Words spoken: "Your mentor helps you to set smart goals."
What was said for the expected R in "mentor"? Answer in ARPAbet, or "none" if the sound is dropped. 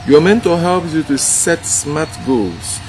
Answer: L